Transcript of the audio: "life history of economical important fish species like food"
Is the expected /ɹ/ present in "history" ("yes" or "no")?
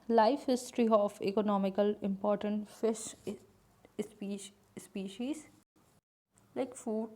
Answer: yes